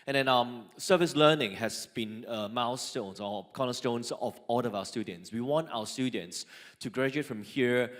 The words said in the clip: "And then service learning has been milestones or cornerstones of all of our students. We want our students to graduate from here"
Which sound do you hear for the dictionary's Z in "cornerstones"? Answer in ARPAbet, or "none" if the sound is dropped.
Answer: S